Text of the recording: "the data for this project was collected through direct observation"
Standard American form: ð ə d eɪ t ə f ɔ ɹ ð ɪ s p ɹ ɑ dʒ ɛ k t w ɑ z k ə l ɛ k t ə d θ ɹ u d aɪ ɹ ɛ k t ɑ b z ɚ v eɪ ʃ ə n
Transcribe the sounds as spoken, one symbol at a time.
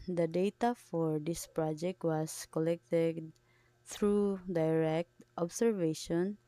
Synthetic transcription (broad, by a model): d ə d eɪ t ə f ɔ ɹ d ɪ s p ɹ ɑ dʒ ɛ k t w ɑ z k ə l ɛ k t ə d t ɹ u d aɪ ɹ ɛ k t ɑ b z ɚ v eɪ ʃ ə n